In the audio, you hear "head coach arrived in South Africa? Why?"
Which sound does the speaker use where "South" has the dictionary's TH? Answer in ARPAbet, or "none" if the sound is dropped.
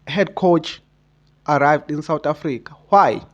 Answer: T